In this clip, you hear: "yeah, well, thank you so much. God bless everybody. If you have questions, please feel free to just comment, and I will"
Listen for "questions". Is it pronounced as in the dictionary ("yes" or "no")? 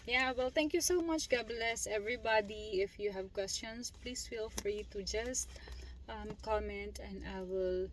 no